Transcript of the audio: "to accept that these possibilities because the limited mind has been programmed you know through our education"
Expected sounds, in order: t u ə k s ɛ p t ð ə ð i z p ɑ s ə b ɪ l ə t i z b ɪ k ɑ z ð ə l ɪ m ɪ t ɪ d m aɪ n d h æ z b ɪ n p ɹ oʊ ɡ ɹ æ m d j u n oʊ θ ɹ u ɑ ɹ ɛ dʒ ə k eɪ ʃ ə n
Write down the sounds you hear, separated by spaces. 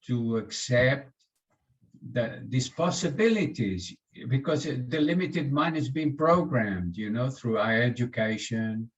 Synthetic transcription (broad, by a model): t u ə k s ɛ p t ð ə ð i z p ɑ s ə b ɪ l ə t i z b ɪ k ɑ z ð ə l ɪ m ɪ t ɪ d m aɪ n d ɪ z b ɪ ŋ p ɹ oʊ ɡ ɹ æ m d j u n oʊ θ ɹ u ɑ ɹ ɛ dʒ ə k eɪ ʃ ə n